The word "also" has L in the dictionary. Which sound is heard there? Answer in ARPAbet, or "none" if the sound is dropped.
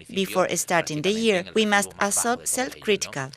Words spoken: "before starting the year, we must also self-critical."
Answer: none